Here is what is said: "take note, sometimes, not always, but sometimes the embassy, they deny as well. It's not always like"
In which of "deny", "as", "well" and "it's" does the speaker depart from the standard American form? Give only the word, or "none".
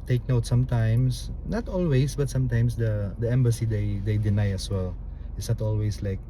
as